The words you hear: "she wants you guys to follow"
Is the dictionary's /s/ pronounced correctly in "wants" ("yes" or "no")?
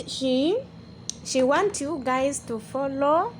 no